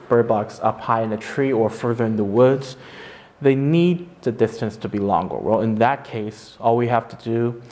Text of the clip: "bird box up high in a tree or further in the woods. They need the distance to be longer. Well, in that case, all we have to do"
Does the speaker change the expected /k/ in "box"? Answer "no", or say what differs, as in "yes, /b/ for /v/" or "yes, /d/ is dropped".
no